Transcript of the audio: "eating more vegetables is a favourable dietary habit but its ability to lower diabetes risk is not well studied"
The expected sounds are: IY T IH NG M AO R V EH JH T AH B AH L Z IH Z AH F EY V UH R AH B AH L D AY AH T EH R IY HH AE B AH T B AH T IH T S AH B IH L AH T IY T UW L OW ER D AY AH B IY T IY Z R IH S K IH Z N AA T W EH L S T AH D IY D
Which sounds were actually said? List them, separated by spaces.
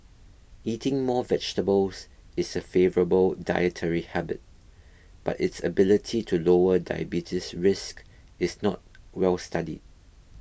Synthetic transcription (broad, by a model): IY T IH NG M AO V EH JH T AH B AH L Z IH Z AH F EY V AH R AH B AH L D AY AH T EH R IY HH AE B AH T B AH T IH T S AH B IH L AH T IY T UW L OW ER D AY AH B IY T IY S R IH S K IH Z N AA T W EH L S T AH D IY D